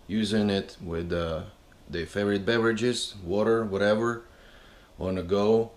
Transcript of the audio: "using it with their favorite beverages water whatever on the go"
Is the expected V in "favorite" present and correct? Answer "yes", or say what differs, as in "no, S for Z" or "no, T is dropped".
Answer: no, V is dropped